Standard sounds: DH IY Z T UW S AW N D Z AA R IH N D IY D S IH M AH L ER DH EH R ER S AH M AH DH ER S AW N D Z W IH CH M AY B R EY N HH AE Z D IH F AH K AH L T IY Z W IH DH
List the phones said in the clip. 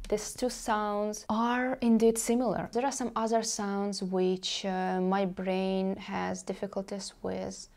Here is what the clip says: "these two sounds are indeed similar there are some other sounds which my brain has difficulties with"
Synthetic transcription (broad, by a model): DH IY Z T UW S AW N D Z AA R IH N D IY D S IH M L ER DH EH R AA S AH M AH DH ER S AW N D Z W IH CH M AY B R EY N HH AE Z D IH F AH K AH L T IY Z W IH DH